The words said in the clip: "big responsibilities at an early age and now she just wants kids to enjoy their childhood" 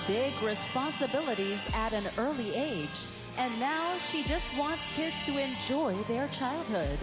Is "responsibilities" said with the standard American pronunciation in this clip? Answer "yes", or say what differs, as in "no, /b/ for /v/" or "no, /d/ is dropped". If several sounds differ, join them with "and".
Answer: yes